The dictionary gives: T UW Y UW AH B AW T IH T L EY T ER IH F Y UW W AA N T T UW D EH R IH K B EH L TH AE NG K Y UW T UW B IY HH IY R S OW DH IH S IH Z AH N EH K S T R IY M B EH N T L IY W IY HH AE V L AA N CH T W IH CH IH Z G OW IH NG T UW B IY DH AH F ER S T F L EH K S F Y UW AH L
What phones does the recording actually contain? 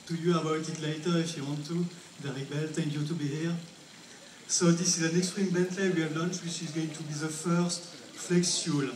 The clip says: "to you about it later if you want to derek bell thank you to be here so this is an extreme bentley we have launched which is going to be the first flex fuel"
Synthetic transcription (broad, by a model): T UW Y UW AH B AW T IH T L EY T ER IH F Y UW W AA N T T UW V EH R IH B EH L T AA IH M Y UW T UW B IY HH IY R S OW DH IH S IH Z AH N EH K S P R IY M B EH N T L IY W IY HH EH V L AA N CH W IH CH IH Z G OW IH NG T UW B IY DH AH F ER S T F L EH K S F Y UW L